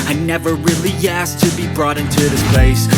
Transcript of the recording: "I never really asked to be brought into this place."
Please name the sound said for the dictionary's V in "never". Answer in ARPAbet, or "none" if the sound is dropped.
V